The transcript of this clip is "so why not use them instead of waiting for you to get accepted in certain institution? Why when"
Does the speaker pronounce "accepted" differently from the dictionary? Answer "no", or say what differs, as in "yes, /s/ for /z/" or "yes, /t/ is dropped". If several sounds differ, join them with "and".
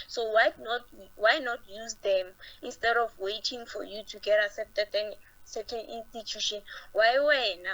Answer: yes, /k/ is dropped